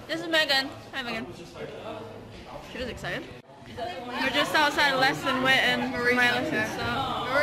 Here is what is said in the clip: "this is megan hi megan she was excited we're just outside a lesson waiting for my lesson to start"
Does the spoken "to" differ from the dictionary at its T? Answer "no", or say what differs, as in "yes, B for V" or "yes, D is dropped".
yes, S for T